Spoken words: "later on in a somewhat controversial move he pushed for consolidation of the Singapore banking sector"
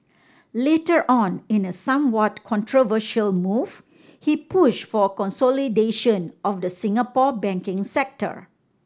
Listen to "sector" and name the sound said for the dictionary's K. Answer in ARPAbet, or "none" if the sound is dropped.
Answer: K